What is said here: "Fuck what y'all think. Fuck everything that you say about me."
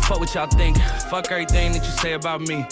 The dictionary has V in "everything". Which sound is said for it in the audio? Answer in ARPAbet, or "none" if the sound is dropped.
none